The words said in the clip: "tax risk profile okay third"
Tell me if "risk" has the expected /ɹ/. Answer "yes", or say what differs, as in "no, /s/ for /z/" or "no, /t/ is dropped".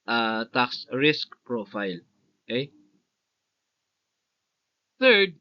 yes